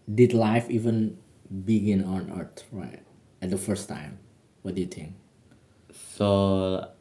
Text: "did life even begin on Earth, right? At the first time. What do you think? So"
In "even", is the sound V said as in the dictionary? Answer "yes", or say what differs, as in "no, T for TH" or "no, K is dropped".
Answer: yes